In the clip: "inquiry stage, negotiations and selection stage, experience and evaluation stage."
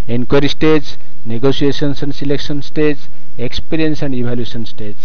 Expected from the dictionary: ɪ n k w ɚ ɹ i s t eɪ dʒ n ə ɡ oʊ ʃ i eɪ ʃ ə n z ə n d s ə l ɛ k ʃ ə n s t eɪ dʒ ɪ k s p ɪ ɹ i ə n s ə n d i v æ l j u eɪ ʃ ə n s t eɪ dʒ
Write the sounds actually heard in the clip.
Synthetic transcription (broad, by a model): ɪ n k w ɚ ɹ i s t eɪ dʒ n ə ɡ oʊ s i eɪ s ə n s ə n s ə l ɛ k s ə n s t eɪ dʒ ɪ k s p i ɹ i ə n s ə n d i b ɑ l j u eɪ s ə n s t eɪ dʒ